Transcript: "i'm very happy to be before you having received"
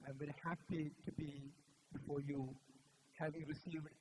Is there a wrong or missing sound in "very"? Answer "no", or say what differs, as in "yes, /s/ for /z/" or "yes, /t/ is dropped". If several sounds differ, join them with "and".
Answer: yes, /b/ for /v/